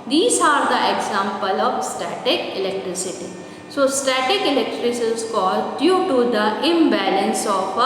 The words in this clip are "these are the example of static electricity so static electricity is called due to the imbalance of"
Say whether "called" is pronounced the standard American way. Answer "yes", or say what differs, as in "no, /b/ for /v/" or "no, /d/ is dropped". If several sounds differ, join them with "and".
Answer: yes